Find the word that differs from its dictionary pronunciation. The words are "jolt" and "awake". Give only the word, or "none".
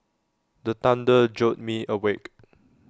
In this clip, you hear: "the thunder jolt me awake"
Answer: jolt